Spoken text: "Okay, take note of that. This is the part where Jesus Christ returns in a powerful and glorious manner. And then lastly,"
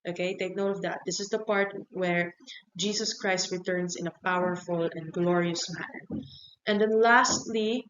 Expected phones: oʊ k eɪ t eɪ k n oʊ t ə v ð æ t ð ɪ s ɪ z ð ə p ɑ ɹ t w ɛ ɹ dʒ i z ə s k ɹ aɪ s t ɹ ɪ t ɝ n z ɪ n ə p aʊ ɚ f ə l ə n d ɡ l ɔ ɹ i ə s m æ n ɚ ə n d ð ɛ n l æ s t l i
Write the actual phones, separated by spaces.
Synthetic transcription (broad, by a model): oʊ k eɪ t eɪ k n oʊ t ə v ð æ t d ɪ s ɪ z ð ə p ɑ ɹ t w ɛ ɹ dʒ i s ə s k ɹ aɪ s t ɹ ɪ t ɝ n s ɪ n ə p aʊ ɚ f ə l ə n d ɡ l ɔ ɹ i ə s m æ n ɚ ə n d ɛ n l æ s t l i